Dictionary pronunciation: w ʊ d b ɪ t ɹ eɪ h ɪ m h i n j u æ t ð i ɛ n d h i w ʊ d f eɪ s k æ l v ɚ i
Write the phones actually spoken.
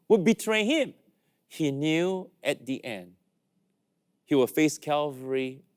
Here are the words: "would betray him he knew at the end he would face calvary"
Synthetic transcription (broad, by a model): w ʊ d b ɪ t ɹ eɪ h ɪ m h i n j u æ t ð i ɛ n d h i w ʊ f eɪ s k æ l v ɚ i